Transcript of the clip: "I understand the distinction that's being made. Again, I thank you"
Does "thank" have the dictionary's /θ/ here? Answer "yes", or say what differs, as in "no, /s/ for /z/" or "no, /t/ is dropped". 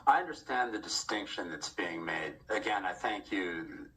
yes